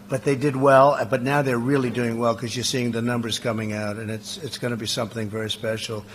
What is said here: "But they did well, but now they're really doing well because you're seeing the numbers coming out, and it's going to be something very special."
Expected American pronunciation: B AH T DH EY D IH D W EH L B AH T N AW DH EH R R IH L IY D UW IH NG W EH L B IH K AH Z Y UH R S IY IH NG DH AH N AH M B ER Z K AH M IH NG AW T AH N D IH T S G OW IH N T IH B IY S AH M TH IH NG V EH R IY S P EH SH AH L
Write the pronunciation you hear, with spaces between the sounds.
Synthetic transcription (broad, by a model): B AH T DH EY D IH D W EH L B AH T N AW DH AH R R IH L IY D UW IH NG W EH L K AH Z Y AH R S IY IH NG DH AH N AH M B ER Z K AH M IH NG AW T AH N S IH T S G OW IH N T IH B IY S AH M TH IH NG V EH R IY S P EH SH L